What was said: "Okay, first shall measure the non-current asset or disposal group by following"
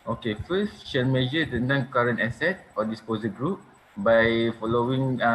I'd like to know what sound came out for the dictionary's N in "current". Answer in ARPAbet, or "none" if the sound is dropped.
N